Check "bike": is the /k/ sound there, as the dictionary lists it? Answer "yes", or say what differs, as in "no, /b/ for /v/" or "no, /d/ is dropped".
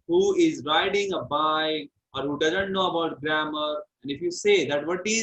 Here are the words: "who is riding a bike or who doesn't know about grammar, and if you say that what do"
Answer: no, /k/ is dropped